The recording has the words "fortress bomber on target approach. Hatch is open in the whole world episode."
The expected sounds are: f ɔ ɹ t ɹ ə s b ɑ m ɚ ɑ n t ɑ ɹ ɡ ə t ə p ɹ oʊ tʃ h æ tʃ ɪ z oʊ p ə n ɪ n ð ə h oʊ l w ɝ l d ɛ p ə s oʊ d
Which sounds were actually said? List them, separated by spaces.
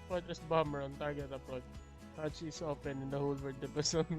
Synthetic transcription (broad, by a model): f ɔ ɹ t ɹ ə s b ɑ m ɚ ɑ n t ɑ ɹ ɡ ə t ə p oʊ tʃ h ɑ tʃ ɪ s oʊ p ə n ɪ n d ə h oʊ l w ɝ d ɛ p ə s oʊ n